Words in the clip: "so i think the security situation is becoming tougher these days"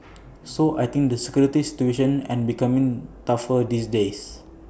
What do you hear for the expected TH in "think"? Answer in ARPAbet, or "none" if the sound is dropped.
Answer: T